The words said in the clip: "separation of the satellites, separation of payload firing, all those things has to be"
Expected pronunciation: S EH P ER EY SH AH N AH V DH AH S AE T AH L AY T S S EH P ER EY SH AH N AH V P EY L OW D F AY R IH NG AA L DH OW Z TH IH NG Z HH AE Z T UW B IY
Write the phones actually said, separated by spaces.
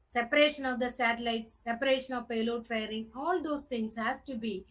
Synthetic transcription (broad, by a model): S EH P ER EY SH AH N AH V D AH S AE T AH L AY T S S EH P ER EY SH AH N AH V P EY L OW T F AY R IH NG AA L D OW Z T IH NG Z HH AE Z T UW B IY